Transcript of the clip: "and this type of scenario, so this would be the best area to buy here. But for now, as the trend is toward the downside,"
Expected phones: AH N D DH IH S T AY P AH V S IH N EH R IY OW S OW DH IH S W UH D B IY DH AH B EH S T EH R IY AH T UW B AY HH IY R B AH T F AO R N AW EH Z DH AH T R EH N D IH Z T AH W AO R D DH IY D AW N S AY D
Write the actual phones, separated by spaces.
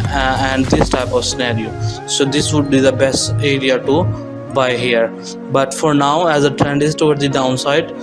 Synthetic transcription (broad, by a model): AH N D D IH S T AY P AH V S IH N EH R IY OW S OW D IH S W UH D B IY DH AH B EH S T EH R IY AH T UW B AY HH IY R B AH T F AO R N AW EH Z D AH T R EH N D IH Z T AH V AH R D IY D AW N S AY D